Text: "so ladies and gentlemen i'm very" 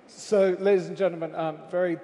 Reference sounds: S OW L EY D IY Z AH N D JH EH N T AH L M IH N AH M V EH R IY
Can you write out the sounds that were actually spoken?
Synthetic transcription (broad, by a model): S OW L EY D IY Z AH N JH EH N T L M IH N AH M V EH R IY